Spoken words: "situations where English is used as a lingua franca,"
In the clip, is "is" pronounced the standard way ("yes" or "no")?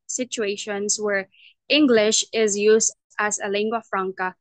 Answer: yes